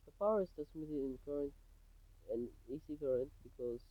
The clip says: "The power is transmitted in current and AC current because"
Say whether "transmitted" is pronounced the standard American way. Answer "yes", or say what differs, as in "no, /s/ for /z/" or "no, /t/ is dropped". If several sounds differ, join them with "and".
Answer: no, /n/ is dropped